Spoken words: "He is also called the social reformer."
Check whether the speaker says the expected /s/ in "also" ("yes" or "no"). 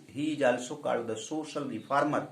yes